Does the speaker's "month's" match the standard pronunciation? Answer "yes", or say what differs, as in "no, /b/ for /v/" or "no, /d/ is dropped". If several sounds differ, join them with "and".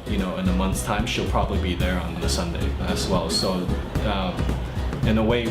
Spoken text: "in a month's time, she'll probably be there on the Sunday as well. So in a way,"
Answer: yes